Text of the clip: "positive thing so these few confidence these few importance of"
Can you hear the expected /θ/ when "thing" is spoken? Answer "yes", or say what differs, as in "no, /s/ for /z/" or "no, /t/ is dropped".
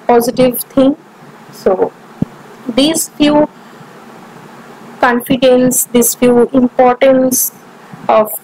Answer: no, /t/ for /θ/